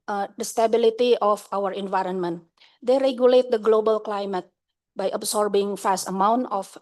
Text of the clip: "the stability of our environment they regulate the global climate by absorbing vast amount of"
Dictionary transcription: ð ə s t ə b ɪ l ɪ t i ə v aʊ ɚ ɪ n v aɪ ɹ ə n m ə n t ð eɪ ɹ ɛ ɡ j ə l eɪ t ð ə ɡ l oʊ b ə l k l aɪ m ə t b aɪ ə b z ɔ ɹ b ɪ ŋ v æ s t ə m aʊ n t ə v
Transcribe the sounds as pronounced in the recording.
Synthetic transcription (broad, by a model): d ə s t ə b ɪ l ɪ t i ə f aʊ ɚ ɪ n v aɪ ɹ ə n m ə n t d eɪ ɹ ɛ ɡ j ə l eɪ t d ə ɡ l oʊ b ə l k l aɪ m ə t b aɪ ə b s ɔ ɹ b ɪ ŋ f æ s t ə m aʊ n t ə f